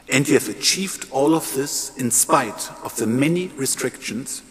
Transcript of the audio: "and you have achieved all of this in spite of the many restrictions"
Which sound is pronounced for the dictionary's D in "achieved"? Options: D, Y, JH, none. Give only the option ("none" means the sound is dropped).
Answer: D